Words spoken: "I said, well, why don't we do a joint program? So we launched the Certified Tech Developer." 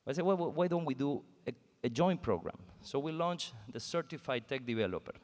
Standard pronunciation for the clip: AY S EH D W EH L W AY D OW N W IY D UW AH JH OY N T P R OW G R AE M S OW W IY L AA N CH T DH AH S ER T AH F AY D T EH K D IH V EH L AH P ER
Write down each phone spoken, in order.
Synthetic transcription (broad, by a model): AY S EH W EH W W AY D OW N W IY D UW AH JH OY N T P R OW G R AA M S OW W IY L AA N CH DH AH S ER T AH F AY D T EH K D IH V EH L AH P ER